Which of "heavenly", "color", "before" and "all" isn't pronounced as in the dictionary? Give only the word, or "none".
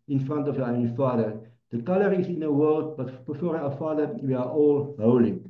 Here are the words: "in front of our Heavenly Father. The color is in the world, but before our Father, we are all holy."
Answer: heavenly